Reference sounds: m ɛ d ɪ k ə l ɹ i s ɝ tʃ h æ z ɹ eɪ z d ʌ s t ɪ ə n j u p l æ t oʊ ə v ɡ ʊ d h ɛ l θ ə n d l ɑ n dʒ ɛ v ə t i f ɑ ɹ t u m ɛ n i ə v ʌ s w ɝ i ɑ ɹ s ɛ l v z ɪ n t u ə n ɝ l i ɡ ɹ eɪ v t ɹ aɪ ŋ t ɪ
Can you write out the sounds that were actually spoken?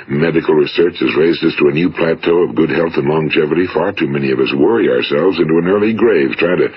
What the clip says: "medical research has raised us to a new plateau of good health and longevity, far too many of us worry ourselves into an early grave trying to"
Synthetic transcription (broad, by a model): m ɛ d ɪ k l ɹ i s ɝ tʃ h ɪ z ɹ eɪ z d ʌ s t ɪ ə n j u p l æ t oʊ ə v ɡ ʊ d h ɛ l θ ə n l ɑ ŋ dʒ ɛ v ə t i f ɑ ɹ t u m ɛ n i ə v ʌ s w ɝ i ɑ ɹ s ɛ l v z ɪ n t u ə n ɝ l i ɡ ɹ eɪ v t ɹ aɪ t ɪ